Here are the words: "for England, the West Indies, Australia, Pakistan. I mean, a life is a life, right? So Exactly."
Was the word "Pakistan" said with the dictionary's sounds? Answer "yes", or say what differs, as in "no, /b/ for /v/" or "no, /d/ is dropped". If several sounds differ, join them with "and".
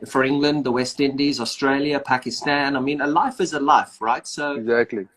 yes